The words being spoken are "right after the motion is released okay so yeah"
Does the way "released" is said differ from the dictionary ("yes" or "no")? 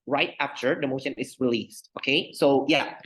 no